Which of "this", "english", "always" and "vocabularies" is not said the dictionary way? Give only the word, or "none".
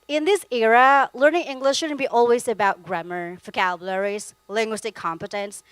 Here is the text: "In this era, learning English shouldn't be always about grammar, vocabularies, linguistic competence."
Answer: vocabularies